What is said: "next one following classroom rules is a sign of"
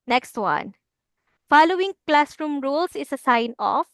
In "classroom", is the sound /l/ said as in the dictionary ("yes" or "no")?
yes